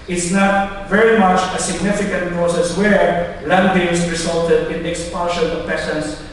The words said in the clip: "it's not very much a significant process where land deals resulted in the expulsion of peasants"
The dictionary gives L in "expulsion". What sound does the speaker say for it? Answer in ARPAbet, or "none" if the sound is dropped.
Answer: N